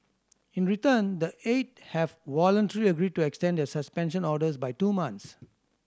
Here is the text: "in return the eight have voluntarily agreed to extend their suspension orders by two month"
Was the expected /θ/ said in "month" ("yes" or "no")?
no